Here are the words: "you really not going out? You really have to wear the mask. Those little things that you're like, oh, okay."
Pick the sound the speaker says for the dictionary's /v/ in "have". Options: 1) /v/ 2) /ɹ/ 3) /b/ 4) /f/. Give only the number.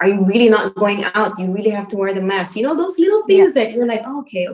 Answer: 4